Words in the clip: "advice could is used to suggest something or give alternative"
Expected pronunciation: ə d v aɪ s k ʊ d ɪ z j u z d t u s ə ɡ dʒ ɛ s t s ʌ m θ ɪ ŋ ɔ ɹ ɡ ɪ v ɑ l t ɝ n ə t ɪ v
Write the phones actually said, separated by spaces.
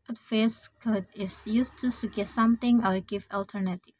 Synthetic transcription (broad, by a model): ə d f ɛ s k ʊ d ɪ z j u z t u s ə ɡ ɛ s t s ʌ m t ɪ ŋ ɔ ɹ ɡ ɪ v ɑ l t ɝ n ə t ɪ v